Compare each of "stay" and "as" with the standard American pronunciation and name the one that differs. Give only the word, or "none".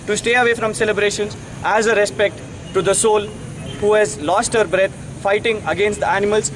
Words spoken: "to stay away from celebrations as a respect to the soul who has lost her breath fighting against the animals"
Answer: none